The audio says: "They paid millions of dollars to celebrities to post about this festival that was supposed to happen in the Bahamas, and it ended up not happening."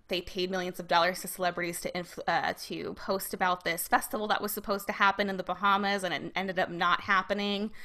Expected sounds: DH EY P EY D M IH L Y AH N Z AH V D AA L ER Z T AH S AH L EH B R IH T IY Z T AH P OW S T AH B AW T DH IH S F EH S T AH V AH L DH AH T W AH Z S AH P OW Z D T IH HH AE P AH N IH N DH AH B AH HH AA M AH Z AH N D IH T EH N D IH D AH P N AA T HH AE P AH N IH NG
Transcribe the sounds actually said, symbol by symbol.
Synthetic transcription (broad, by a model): DH EY P EY D M IH L Y AH N Z AH V D AA L ER Z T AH S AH L EH B R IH T IY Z T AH P OW S T AH B AW T DH IH S F EH S T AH V L DH AH T W AH Z S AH P OW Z T IH HH AE P AH N IH N DH AH B AH HH AA M AH Z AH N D IH T EH N D IH D AH P N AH T HH AE P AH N IH NG